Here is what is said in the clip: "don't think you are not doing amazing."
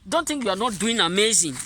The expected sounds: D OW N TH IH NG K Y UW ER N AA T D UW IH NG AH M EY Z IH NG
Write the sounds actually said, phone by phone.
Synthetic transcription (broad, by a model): D OW N T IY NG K Y UW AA N AA T D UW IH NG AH M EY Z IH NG